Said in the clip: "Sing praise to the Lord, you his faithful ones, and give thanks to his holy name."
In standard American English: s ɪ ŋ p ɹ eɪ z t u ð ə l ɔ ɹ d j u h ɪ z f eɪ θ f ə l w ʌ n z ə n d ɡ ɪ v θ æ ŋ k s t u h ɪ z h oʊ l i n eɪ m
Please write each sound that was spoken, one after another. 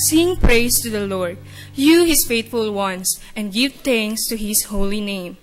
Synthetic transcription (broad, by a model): s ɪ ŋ p ɹ eɪ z t u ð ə l ɔ ɹ d j u h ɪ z f eɪ t f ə l w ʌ n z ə n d ɡ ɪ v t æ ŋ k s t u h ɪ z h oʊ l i n eɪ m